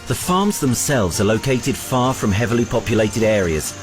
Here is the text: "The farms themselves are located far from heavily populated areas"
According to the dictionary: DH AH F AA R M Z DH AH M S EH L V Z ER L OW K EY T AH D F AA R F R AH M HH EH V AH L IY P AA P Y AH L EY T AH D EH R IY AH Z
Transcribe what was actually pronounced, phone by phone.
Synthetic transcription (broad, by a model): DH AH F AA M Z DH AH M S EH L V Z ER L OW K EY T AH D F AA F R AH M HH EH V AH L IY P AA P Y AH L EY T AH D EH R IY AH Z